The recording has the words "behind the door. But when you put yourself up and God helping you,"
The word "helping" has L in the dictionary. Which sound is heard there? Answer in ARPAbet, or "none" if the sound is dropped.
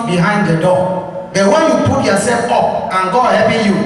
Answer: none